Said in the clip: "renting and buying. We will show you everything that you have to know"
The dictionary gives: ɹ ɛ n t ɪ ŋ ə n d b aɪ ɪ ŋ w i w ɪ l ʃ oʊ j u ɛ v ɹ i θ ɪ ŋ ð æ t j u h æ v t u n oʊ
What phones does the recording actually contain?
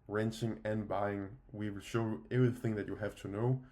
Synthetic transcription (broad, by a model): ɹ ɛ n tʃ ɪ ŋ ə n b aɪ ɪ ŋ w i w ɪ l ʃ oʊ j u ɛ v ɹ i θ ɪ ŋ ð æ t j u h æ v t u n oʊ